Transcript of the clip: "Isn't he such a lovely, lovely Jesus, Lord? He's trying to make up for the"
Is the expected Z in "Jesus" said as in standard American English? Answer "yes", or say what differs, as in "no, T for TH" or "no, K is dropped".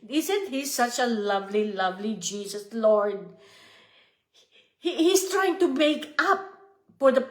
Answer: no, S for Z